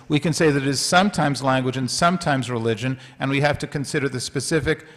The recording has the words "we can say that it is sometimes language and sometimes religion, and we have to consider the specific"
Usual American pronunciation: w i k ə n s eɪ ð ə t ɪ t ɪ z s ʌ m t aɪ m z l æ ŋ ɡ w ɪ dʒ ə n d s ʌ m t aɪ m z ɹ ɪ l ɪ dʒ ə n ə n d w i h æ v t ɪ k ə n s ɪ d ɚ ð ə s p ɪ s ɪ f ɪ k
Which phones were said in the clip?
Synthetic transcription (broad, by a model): w i k ə n s eɪ ð ə t ɪ t ɪ z s ʌ m t aɪ m z l æ ŋ ɡ w ɪ dʒ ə n s ʌ m t aɪ m z ɹ ɪ l ɪ dʒ ə n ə n w i h æ f t ɪ k ə n s ɪ d ɚ ð ə s p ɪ s ɪ f ɪ k